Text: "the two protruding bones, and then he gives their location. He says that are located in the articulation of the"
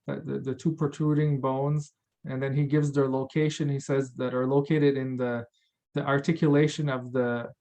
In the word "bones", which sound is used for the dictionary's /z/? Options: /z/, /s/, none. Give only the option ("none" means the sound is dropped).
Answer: /z/